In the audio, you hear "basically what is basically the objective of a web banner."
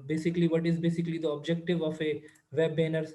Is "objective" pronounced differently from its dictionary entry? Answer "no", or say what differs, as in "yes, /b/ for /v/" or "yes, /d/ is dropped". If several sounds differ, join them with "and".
no